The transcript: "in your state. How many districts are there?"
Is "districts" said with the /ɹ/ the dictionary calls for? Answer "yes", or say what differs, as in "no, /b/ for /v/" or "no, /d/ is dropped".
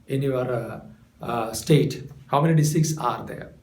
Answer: no, /ɹ/ is dropped